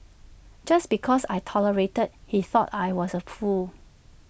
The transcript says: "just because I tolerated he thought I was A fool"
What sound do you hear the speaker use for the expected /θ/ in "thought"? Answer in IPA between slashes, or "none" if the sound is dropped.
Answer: /θ/